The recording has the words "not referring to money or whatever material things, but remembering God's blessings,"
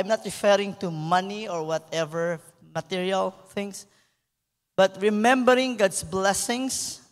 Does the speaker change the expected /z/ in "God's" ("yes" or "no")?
yes